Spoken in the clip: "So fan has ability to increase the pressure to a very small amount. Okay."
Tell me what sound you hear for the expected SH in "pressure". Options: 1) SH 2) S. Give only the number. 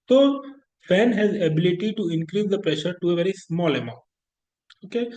1